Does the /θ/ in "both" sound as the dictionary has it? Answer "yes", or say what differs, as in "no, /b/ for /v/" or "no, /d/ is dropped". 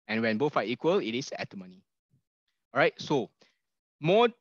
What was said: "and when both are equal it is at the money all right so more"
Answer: no, /f/ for /θ/